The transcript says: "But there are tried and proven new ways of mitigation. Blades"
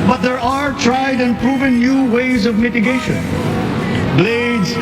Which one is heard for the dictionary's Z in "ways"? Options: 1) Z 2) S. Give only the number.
1